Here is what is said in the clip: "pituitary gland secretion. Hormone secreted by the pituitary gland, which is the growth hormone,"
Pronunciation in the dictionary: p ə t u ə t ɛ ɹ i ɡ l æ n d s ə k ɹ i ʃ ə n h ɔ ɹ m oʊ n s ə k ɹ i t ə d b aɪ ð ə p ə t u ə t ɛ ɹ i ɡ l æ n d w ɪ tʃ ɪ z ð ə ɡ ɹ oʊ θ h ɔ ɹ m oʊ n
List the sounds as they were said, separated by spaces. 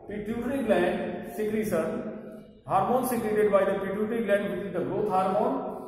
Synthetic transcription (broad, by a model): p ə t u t ɹ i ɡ l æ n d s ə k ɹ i s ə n h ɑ ɹ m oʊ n s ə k ɹ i t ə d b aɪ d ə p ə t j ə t ɹ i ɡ l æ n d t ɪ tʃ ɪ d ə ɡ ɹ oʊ t h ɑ ɹ m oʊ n